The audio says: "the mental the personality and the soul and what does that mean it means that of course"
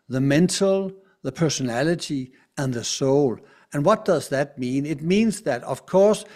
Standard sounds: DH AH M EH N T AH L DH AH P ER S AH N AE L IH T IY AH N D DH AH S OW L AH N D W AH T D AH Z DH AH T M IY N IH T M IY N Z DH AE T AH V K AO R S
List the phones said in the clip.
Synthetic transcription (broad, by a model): DH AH M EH N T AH L DH AH P ER S AH N AE L IH T IY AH N DH AH S OW L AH N W AH T D AH Z DH AH T M IY N IH T M IY N Z DH AE T AH V K AO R S